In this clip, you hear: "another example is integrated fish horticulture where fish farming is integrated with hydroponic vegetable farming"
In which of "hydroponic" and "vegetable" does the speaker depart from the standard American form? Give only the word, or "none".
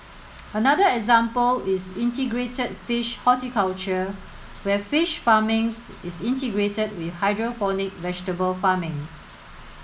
hydroponic